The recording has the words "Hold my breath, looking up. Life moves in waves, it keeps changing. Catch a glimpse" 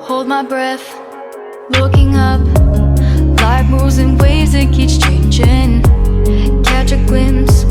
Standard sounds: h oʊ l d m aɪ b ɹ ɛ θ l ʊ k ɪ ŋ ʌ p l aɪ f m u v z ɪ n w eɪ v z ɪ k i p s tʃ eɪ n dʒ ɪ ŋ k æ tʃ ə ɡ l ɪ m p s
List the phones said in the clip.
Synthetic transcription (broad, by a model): h oʊ l d m aɪ b ɹ ɛ θ l ʊ k ɪ ŋ ʌ p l aɪ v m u z ɪ n w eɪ z ɪ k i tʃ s tʃ eɪ n dʒ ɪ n k æ tʃ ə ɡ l ɪ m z